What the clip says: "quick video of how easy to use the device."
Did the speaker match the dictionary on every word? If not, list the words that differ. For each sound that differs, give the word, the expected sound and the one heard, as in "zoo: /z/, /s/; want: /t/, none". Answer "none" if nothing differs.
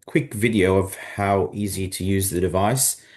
none